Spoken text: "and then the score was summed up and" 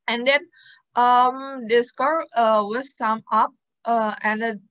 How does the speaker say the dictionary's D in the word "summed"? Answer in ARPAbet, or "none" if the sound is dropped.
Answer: none